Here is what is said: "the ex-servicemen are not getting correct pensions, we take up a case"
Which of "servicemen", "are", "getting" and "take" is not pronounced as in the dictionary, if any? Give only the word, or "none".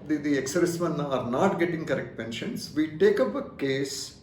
servicemen